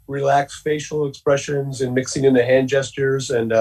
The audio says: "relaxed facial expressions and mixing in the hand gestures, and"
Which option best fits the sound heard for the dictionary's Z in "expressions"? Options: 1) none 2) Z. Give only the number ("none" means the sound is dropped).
2